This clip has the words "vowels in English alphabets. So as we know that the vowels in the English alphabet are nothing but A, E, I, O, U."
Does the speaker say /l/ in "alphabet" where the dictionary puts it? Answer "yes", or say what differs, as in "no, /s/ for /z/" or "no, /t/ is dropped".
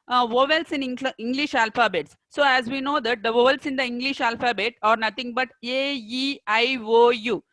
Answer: yes